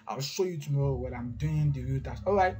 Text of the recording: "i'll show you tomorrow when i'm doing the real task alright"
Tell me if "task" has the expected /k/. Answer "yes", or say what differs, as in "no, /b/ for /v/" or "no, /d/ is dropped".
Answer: no, /k/ is dropped